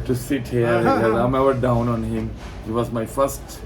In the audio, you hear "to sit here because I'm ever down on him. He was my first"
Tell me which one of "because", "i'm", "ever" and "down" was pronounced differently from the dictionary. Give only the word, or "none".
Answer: because